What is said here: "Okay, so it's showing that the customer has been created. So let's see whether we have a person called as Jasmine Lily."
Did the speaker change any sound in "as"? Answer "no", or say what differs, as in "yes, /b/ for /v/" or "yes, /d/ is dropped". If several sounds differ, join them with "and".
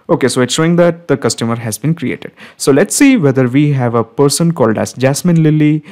yes, /s/ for /z/